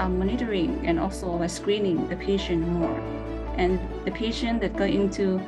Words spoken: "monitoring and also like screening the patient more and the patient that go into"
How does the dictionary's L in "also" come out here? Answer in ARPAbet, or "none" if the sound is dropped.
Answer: L